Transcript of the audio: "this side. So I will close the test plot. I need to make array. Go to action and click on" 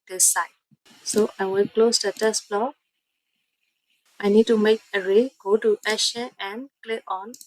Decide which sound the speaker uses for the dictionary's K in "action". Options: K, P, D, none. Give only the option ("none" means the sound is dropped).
none